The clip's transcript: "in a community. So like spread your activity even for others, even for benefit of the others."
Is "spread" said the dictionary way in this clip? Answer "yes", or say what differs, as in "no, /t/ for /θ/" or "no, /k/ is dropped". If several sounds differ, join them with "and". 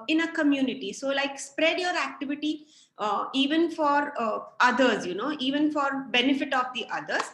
yes